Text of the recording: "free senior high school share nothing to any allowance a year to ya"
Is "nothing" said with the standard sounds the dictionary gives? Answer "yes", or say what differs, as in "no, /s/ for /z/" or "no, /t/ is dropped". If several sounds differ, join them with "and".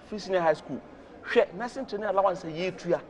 no, /s/ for /θ/